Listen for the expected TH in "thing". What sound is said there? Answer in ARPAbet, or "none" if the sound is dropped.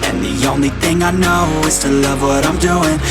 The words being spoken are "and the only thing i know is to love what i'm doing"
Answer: TH